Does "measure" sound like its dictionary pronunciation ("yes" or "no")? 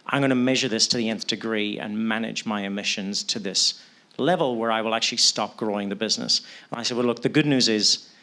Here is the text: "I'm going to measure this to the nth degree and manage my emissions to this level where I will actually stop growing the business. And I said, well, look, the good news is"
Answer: yes